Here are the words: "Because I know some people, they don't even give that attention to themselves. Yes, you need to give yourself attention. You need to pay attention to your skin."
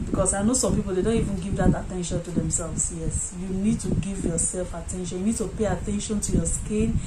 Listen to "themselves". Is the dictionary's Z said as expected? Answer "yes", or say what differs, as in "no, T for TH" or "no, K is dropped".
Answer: no, S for Z